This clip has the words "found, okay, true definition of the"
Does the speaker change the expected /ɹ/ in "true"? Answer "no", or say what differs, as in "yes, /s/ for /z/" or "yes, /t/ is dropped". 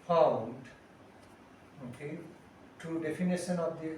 yes, /ɹ/ is dropped